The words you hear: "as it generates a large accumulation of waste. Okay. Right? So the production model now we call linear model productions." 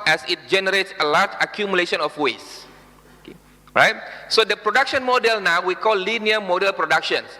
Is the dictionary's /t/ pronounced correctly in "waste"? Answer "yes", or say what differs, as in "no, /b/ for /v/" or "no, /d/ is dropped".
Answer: no, /t/ is dropped